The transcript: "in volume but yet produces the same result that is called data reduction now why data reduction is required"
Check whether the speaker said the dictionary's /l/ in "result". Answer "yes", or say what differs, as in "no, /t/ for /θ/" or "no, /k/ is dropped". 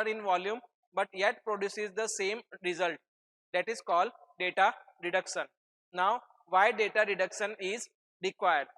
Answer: yes